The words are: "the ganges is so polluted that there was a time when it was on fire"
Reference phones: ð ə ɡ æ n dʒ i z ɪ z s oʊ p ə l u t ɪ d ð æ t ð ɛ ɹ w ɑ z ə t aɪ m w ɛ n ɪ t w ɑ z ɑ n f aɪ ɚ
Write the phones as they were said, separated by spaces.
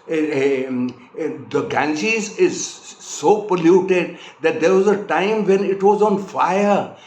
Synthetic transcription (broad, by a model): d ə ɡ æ n tʃ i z ɪ z s oʊ p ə l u t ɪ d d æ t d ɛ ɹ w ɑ z ə t aɪ m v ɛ n ɪ t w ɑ z ɑ n f aɪ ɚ